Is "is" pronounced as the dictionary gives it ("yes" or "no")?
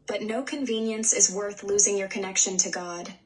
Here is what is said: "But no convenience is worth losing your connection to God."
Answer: yes